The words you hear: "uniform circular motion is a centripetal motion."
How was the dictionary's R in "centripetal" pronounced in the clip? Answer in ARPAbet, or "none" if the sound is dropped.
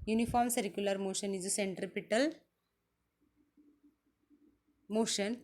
R